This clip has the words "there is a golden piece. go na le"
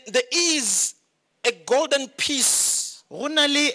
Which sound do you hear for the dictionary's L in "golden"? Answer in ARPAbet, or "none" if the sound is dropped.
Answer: L